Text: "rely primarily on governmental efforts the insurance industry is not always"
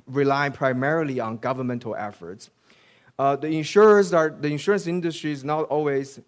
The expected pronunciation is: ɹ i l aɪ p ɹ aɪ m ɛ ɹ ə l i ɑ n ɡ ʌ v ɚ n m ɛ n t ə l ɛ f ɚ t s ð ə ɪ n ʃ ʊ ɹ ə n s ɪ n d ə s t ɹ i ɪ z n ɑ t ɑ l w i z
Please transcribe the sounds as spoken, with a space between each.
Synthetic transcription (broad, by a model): ɹ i l aɪ p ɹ aɪ m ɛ ɹ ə l i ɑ n ɡ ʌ v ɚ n m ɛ n t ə l ɛ f ɚ t s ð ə ɪ n ʃ ʊ ɹ ə n s ɪ n d ə s t ɹ i ɪ z n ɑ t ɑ l w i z